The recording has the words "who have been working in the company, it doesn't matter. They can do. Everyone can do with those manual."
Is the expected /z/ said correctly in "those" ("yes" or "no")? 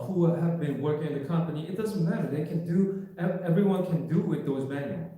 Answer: yes